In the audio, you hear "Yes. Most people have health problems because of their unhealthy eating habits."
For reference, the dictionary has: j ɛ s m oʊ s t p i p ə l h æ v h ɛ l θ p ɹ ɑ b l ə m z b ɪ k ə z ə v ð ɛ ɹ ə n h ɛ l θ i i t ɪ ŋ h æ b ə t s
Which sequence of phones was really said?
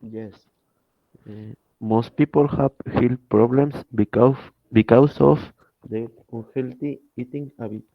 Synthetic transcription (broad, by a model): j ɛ s m oʊ s t p i p ə l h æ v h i l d p ɹ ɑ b l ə m s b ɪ k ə s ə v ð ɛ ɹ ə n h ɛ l t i i t ɪ ŋ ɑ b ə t